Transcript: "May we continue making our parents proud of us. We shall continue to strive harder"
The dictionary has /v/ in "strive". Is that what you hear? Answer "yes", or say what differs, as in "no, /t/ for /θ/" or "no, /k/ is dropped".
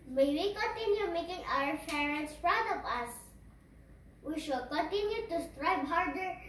no, /b/ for /v/